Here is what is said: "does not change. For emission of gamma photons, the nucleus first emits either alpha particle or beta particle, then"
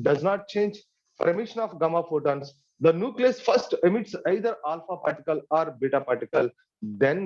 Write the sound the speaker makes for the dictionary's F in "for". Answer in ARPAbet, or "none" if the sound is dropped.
P